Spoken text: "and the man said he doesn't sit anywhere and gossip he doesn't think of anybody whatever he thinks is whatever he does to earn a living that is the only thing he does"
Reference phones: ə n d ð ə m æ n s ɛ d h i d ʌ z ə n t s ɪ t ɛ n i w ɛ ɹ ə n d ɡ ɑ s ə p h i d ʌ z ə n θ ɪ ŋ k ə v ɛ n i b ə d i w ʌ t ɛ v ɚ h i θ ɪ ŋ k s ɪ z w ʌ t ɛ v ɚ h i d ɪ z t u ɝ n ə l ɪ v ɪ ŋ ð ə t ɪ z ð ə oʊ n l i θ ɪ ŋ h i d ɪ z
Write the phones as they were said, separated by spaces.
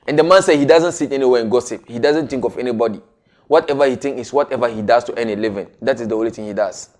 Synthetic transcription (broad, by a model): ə n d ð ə m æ n s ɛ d h i d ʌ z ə n t s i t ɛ n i w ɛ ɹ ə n ɡ ɑ s ə p h i d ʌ z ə n t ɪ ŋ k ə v ɛ n i b ə d i w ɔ t ɛ v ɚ h i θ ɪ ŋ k ɪ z w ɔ t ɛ v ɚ h i d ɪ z t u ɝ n ə l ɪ v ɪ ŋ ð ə t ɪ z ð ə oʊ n l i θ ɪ ŋ h i d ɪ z